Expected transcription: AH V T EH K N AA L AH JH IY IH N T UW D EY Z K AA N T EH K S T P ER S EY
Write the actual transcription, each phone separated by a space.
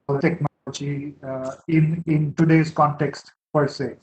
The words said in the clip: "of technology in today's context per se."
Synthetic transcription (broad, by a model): T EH K N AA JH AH IY IH N T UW D EY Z K AA N T EH K S T P ER S EY